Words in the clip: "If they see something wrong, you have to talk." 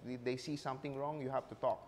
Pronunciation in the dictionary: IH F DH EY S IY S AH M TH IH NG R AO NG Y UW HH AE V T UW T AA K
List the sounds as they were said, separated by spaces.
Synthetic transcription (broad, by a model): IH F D EY S IY S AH M T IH NG R AO NG Y UW HH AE F T UW T AA K